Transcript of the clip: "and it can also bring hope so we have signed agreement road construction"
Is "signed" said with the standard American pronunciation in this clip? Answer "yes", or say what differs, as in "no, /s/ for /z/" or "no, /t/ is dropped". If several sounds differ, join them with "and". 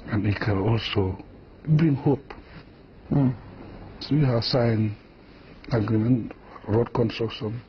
no, /d/ is dropped